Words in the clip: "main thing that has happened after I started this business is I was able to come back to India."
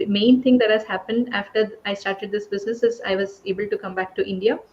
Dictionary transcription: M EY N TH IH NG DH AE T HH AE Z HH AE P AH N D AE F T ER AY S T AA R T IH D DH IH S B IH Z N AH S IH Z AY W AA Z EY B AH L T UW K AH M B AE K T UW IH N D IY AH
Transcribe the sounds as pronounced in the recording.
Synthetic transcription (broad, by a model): M EY N T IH NG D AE T HH AE Z HH AE P AH N D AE F T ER AY S T AA R T IH D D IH S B IH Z N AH S IH Z AY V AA Z EY B AH L T UW K AH M B AE K T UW IH N D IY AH